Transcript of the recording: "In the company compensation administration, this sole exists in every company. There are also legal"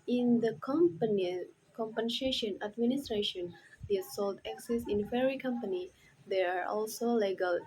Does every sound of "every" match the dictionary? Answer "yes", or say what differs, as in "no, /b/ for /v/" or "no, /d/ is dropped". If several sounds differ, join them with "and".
no, /v/ is dropped